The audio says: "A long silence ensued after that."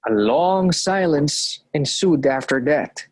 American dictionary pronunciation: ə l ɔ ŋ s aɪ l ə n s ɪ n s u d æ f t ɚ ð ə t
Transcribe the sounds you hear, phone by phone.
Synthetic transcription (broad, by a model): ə l ɔ ŋ s aɪ l ə n s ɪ n s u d æ f t ɚ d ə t